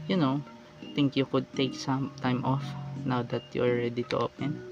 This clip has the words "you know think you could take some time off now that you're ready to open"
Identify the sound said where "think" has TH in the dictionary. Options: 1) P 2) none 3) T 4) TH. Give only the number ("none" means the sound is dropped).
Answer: 3